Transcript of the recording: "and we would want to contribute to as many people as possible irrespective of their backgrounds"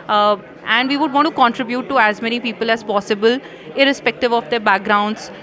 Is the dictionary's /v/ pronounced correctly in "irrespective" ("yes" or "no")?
yes